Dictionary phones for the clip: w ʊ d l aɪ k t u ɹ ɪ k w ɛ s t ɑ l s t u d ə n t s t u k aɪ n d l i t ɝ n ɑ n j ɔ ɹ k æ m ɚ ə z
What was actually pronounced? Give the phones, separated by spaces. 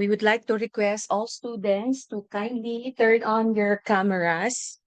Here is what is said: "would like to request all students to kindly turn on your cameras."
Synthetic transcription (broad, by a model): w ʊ d l aɪ k t u ɹ ɪ k w ɛ s t ɑ l s t u d ə n t s t u k aɪ n d l i t ɝ n ɑ n j ɔ ɹ k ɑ m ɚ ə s